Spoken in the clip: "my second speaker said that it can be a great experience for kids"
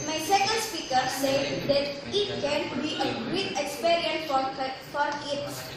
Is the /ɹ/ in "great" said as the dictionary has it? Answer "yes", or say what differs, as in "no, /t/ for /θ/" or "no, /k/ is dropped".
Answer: no, /ɹ/ is dropped